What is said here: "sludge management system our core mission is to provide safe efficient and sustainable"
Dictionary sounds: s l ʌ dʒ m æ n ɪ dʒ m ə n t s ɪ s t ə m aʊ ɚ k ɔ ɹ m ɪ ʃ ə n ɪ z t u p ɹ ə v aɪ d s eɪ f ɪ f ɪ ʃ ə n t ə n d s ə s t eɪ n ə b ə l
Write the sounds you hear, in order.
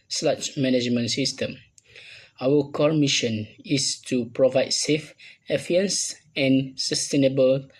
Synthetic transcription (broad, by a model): s l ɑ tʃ m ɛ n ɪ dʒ m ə n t s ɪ s t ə m aʊ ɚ k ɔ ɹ m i ʃ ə n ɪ s t u p ɹ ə v aɪ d s eɪ f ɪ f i ə n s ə n s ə s t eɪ n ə b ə l